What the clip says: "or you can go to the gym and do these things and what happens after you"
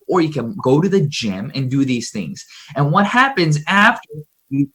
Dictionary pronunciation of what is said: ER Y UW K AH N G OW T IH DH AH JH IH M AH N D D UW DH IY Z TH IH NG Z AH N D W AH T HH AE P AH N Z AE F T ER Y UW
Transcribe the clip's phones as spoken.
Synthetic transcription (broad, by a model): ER Y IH K AH N G OW T IH DH AH JH IH M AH N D D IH DH IY Z TH IH NG Z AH N W AH T HH AE P AH N Z AE F T ER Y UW